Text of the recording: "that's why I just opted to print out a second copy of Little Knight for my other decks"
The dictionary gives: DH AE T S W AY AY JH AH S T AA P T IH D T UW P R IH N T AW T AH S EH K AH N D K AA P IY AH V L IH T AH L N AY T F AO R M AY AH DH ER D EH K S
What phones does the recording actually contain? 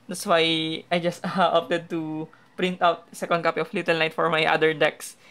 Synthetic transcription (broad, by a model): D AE T S W AY AY JH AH S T AA P T IH D T UW P R IH N T AW T S EH K AH N D K AA P IY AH F L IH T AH L N AY T F AO R M AY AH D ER D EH K S